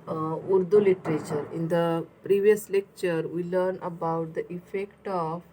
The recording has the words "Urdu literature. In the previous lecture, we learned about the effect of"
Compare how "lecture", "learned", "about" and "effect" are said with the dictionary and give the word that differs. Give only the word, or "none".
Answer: learned